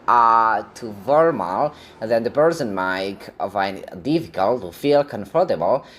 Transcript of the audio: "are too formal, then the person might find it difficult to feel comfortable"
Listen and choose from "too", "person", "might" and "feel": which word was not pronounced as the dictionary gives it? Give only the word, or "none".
person